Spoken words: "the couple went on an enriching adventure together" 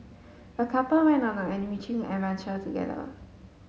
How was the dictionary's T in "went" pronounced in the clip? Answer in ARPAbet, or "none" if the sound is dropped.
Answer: none